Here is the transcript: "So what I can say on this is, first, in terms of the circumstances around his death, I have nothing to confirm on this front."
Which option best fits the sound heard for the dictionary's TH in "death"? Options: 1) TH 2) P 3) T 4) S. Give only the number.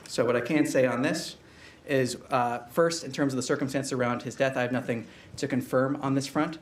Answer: 1